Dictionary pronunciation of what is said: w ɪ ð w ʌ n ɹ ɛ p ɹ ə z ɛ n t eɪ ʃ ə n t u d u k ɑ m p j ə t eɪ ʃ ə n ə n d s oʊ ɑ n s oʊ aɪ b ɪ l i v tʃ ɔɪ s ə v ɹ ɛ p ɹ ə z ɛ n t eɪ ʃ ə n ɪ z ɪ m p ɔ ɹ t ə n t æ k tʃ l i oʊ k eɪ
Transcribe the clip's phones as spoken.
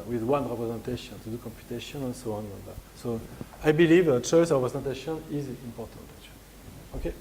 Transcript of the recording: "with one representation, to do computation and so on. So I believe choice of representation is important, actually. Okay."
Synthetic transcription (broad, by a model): w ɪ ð w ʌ n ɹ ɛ p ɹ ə z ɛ n t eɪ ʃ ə n t u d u k ɑ m p j ə t eɪ ʃ ə n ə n s oʊ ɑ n s oʊ aɪ b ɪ l i v tʃ ɔɪ s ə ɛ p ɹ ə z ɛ n t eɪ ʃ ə n ɪ z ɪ m p ɔ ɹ t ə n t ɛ tʃ oʊ k eɪ